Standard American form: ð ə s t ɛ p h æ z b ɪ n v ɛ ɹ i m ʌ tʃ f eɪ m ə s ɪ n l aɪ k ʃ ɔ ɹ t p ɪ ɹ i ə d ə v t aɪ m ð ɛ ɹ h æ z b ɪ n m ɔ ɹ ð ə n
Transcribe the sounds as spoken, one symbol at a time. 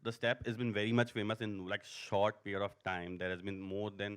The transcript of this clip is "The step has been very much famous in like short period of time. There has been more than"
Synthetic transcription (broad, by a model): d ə s t ɛ p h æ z b ɪ n v ɛ ɹ i m ʌ tʃ f eɪ m ə s ɪ n l aɪ k ʃ ɔ ɹ t p ɪ ɹ i ə d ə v t aɪ m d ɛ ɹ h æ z b ɪ n m ɔ ɹ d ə n